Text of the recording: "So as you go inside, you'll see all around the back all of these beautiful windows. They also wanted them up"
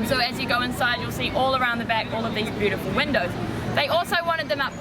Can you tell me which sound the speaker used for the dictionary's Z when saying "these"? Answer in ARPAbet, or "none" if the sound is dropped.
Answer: Z